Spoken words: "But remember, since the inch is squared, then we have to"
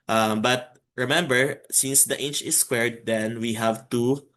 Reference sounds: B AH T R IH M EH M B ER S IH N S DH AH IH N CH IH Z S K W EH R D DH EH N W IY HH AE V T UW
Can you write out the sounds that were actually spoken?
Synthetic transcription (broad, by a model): B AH T R IH M EH M B ER S IH N S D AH IH N CH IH S K W EH R D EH N W IY HH AE V T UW